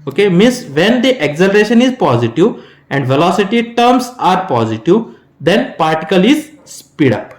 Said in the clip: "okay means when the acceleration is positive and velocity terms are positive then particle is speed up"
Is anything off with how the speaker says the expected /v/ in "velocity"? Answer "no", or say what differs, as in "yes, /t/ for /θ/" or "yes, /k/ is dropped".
no